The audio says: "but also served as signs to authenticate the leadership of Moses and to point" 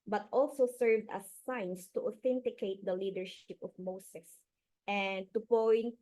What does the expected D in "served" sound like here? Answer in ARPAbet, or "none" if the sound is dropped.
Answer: D